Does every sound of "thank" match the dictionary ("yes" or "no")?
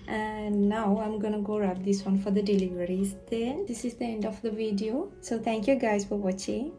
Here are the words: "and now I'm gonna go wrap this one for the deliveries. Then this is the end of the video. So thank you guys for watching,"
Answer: no